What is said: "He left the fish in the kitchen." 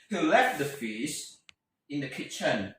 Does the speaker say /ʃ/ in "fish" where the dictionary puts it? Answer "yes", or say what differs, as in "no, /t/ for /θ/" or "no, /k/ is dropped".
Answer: no, /s/ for /ʃ/